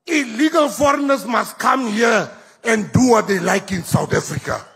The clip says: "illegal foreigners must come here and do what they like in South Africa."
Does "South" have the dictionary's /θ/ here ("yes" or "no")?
no